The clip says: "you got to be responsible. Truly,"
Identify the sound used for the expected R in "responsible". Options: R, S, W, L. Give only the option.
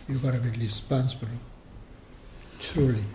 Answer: L